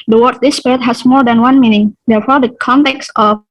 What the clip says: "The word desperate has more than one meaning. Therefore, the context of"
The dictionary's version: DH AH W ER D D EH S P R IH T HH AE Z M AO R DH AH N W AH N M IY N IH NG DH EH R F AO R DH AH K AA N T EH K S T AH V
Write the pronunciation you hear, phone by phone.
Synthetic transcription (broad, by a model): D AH W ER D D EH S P IH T HH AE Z M AO R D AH N W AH N M IY N IH NG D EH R F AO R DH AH K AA N T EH K S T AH